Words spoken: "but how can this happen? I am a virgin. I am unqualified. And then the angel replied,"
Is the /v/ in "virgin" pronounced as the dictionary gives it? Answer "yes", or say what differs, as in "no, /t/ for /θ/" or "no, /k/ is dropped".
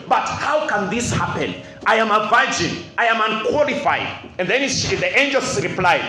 yes